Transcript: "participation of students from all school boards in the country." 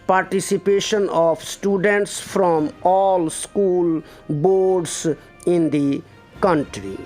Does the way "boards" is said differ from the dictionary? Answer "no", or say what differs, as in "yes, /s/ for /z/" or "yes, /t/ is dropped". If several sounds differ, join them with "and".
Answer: yes, /s/ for /z/